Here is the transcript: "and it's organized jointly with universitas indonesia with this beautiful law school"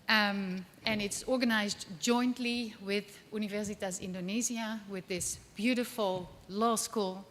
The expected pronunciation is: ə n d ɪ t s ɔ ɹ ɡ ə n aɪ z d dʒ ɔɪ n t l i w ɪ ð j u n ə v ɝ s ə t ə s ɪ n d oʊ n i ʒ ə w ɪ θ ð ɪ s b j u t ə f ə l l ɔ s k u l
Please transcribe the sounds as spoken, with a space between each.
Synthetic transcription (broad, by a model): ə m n ɪ t s ɔ ɹ ɡ ə n aɪ z d dʒ ɔɪ n t l i w ɪ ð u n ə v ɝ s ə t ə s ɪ n d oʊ n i z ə w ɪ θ ð ɪ s b j u t ə f ə l l ɔ s k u l